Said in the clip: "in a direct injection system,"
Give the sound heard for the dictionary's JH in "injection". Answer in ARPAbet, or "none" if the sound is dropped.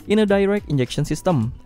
JH